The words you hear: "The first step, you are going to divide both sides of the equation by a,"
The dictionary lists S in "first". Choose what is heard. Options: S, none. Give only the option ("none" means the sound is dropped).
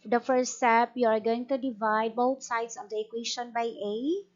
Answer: none